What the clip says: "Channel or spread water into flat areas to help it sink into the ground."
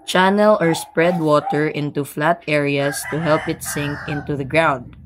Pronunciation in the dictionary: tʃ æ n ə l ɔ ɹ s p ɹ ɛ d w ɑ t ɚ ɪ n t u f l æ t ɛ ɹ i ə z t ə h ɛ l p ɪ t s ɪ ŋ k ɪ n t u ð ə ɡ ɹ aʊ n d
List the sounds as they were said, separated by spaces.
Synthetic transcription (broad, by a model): tʃ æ n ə l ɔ ɹ s p ɹ ɛ d w ɑ t ɚ ɪ n t u f l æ t ɛ ɹ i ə s t ə h ɛ l p ɪ t s ɪ ŋ k ɪ n t u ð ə ɡ ɹ aʊ n d